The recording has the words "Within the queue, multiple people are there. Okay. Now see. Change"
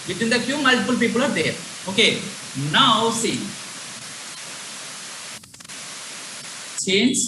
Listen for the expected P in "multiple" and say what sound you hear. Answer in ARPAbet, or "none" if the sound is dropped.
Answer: F